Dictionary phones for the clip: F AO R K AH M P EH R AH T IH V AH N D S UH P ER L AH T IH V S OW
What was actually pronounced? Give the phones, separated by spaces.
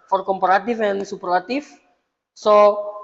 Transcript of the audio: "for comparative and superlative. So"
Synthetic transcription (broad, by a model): F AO R K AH M P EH R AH T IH F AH N S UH P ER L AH T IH F S OW